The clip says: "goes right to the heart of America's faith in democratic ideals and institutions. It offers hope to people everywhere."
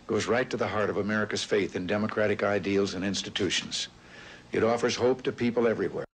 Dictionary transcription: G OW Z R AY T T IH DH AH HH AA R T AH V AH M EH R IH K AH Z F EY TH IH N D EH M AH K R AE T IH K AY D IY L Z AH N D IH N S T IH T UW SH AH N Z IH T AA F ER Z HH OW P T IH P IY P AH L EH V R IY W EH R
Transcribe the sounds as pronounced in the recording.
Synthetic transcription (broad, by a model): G OW Z R AY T T IH DH AH HH AA R T AH V AH M EH R IH K AH Z F EY TH IH N D EH M AH K R AE T IH K AY D IY L Z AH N IH N S T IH T UW SH N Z IH T AA F ER Z HH OW P T IH P IY P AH L EH V R IY W EH R